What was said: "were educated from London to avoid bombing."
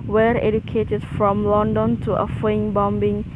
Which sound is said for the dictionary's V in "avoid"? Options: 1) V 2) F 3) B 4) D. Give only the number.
2